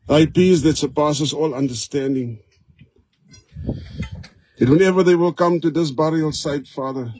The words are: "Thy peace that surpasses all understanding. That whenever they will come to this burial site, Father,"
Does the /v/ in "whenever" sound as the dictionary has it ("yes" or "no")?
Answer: yes